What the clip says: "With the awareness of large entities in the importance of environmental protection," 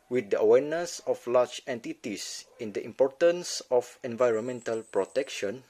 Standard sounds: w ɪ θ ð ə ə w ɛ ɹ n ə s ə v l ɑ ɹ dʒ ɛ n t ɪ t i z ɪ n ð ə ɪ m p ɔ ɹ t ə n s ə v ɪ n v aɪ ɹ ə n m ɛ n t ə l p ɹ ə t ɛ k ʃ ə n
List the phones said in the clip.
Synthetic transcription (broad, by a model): w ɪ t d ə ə w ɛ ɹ n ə s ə f l ɑ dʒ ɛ n t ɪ t i s ɪ n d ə ɪ m p ɔ ɹ t ə n s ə f ɪ n v aɪ ɹ ə n m ɛ n t ə l p ɹ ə t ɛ k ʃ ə n